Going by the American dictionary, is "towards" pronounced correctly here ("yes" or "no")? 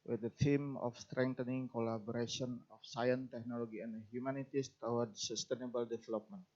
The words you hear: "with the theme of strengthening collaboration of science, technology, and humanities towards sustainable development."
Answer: no